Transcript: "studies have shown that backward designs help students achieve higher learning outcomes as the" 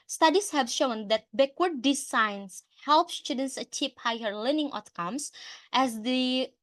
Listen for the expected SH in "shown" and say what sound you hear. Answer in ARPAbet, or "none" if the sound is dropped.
SH